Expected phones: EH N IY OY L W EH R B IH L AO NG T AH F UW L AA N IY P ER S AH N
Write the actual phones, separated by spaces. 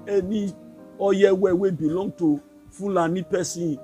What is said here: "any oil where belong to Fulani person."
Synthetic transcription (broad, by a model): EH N IY OY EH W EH W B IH L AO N T AH F UW L AA N IY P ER S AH